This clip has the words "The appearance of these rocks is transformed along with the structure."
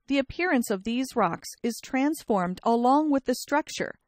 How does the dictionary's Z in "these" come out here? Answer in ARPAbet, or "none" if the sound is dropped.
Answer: Z